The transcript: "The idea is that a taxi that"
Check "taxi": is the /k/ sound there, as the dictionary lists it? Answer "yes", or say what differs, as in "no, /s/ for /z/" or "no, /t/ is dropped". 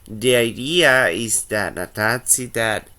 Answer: no, /k/ is dropped